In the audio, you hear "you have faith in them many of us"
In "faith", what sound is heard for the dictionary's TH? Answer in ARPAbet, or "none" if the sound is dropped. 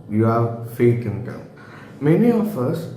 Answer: T